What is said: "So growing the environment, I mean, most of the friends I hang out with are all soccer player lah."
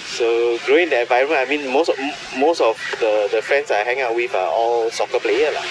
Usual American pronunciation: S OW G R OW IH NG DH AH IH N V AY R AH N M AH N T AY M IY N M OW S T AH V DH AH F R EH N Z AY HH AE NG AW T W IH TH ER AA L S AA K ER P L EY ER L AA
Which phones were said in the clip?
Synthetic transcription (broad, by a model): S OW G R OW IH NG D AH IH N V AY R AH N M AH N AY M IY N M OW S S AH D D AH F R EH N S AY HH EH NG AW T W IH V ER AA L S AA K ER P L EY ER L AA